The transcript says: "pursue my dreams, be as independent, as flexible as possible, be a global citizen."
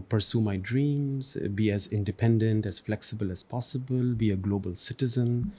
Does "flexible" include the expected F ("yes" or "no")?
yes